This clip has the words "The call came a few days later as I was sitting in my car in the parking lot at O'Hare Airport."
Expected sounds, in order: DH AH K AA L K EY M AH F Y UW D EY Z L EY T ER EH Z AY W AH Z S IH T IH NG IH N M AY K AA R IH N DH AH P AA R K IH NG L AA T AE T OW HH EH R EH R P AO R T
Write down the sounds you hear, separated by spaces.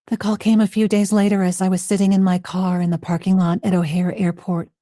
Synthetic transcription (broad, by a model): DH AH K AA L K EY M AH F Y UW D EY Z L EY T ER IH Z AY W AH Z S IH T IH NG IH N M AY K AA R IH N DH AH P AA R K IH NG L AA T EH T OW HH EH R EH R P AO R T